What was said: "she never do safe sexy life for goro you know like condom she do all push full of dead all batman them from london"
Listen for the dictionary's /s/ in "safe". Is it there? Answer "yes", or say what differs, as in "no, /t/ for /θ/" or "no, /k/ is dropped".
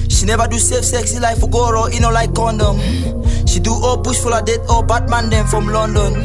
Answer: yes